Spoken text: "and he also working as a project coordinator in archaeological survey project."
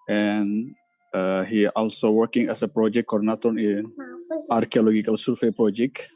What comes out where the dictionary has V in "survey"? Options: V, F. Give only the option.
F